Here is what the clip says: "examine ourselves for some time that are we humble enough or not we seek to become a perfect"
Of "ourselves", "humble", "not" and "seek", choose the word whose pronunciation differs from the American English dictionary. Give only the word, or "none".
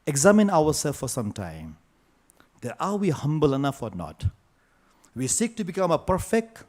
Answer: ourselves